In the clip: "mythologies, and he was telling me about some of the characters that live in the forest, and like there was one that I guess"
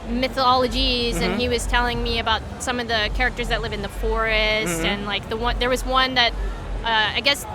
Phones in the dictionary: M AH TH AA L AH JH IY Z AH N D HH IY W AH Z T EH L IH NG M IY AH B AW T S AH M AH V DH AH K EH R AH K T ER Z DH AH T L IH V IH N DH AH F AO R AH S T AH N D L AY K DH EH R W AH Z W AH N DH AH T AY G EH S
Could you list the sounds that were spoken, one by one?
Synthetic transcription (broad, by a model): M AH TH AA L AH JH IY Z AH N IY W AH Z T EH L IH NG M IY AH B AW T S AH M AH V DH AH K EH R AH K T ER Z DH AH T L IH V IH N DH AH F AO R AH S T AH N L AY K DH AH R W AH Z W AH N DH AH T AY G EH S